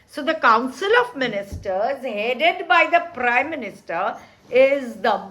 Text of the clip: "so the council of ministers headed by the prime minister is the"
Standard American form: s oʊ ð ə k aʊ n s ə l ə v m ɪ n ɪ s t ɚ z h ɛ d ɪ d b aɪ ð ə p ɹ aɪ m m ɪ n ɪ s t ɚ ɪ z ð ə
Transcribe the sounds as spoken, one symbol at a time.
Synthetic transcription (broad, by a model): s oʊ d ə k aʊ n s ə l ə v m ɪ n ɪ s t ɚ z h ɛ d ɪ d b aɪ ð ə p ɹ aɪ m m ɪ n ɪ s t ɚ ɪ z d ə